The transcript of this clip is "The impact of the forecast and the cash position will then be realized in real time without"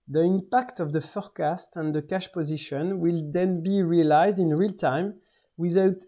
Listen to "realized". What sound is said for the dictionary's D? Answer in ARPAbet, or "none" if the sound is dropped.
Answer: D